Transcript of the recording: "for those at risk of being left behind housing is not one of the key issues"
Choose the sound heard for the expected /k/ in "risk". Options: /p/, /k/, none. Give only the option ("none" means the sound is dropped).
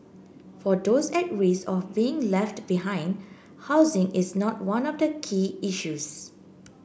none